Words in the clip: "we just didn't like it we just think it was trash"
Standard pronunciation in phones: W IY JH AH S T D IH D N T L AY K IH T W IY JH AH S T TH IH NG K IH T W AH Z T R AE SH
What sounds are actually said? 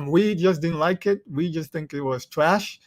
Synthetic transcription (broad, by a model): W IY JH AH S D IH D N T L AY K IH T W IY JH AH S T TH IH NG K IH T W AH Z T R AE SH